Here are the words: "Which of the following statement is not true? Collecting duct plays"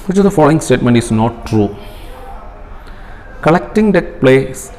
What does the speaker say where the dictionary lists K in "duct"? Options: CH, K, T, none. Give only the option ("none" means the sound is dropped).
none